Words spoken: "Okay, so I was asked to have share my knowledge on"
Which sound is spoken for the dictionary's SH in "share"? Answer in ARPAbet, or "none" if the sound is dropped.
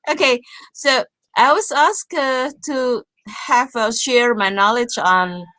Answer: SH